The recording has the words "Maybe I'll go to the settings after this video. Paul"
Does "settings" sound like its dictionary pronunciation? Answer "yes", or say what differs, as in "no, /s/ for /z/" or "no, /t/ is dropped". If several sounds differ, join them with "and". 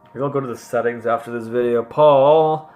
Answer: yes